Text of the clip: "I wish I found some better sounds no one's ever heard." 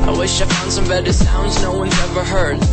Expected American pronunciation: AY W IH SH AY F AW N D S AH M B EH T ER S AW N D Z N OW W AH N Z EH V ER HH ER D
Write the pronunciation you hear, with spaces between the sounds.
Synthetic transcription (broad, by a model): AY W IH SH AY F AW N D S AH M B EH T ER S AW N D Z N OW W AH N EH V ER HH ER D